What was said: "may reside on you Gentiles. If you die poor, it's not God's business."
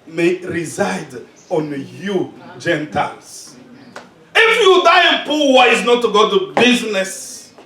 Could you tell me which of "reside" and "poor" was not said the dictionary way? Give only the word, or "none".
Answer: poor